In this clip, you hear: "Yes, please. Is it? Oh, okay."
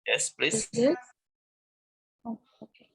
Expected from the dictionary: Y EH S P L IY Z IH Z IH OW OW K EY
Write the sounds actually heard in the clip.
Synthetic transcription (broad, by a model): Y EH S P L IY IH OW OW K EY